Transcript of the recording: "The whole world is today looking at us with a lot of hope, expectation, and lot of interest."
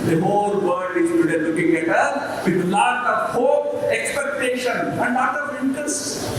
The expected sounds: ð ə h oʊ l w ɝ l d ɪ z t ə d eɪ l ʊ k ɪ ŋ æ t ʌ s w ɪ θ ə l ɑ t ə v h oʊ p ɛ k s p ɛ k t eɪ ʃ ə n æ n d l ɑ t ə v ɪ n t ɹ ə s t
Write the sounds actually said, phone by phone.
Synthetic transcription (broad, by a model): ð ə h oʊ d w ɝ d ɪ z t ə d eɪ l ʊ k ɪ ŋ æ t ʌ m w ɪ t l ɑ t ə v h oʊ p ɛ k s p ɛ k t eɪ ʃ ə n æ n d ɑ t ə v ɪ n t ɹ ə s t